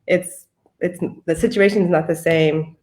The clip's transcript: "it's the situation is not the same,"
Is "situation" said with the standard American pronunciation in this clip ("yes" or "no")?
yes